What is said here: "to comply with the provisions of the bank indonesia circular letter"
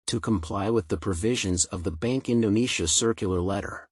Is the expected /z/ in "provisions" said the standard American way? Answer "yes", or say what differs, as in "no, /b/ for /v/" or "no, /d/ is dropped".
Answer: yes